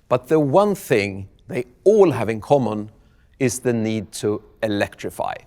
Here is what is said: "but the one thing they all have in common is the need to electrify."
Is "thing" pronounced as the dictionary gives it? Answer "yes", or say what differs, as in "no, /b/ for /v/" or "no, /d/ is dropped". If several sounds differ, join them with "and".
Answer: yes